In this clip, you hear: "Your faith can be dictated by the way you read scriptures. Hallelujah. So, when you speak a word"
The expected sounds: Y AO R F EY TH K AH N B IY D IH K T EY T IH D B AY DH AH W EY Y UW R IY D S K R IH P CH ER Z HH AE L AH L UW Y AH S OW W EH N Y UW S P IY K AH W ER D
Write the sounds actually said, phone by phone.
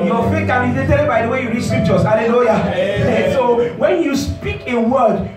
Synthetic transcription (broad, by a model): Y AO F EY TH K AH N B IY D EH T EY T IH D B AY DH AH W EY Y UW R IY D S K R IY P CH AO S HH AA L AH L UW Y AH S OW W EH N Y UW S P IY K AH W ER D